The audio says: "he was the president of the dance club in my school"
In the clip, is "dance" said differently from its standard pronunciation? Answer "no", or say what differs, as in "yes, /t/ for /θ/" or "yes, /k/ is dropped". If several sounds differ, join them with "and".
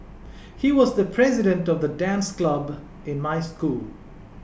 no